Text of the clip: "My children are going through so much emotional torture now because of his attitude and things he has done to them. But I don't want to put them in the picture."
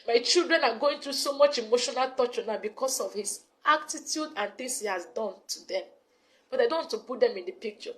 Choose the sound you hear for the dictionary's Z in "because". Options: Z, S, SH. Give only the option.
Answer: S